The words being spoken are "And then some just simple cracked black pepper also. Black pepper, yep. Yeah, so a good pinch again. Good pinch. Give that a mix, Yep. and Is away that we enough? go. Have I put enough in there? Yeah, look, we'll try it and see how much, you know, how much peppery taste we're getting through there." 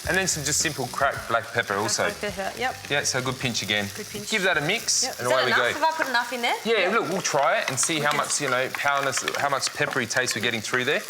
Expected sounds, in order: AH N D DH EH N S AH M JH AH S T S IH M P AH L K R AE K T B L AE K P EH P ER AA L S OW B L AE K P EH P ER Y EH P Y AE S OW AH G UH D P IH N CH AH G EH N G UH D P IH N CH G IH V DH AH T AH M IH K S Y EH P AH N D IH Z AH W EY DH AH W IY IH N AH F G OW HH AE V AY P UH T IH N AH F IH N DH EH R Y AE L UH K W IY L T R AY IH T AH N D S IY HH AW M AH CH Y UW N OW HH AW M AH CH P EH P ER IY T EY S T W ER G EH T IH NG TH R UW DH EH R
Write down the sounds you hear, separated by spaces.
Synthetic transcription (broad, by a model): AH N DH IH N S AH M JH AH S T S IH M P L K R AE K B L AE K P EH P ER AA L S OW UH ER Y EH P Y AE S OW AH G UH D P IH N CH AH G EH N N G IH V DH AH T AH M IH K S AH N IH AH W EY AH W IY G OW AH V AY P UH T IH N AH F IH N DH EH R Y AE L UH K W IY L T R AY IH T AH N S IY HH AW M AH CH Y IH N OW HH AW M AH CH P EH P ER IY T EY S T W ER G EH T IH NG TH R UW DH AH R